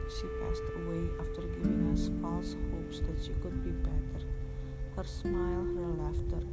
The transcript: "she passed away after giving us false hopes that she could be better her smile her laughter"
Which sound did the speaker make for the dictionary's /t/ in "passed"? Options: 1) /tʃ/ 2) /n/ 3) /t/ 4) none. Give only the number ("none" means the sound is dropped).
3